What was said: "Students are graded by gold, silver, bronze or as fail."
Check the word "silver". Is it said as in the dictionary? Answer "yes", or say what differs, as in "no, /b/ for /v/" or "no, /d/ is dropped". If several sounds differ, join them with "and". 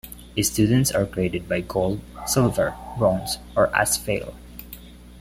yes